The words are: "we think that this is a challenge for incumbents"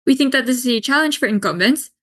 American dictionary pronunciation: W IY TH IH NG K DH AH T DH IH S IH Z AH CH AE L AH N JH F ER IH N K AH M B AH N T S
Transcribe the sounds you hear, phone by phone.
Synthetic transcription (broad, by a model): W IY TH IH NG K DH AH T DH IH S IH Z AH CH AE L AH N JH F ER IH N K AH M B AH N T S